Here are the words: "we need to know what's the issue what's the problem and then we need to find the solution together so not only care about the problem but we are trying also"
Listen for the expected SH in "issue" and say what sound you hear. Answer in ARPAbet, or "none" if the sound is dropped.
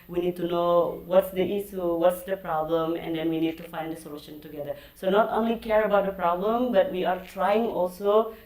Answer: S